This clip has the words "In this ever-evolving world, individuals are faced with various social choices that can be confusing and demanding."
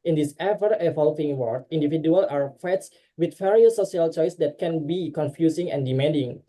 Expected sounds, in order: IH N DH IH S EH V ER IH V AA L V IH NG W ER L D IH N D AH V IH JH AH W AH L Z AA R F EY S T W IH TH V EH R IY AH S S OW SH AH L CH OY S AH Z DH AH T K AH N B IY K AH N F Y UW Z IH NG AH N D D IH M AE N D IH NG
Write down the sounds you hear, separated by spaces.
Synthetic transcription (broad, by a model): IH N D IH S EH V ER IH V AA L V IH NG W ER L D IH N D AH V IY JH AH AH L AA R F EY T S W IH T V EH R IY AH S S OW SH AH L CH OY S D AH T K AH N B IY K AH N F Y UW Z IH NG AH N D D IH M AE N D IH NG